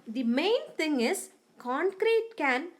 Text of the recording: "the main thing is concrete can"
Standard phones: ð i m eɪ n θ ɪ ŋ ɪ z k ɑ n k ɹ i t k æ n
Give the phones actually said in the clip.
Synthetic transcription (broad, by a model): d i m eɪ n t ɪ ŋ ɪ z k ɑ n k ɹ i t k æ n